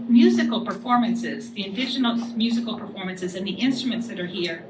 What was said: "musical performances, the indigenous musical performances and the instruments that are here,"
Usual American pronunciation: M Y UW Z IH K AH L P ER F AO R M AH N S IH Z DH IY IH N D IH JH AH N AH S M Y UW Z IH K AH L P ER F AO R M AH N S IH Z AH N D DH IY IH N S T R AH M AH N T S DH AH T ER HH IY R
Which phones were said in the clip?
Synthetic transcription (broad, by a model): M Y UW Z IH K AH L P ER F AO R M AH N S IH Z DH IY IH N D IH SH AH N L M Y UW Z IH K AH L P ER F AO R M AH N S IH Z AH N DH IY IH N S T R AH M AH N T S DH AH T ER HH IY R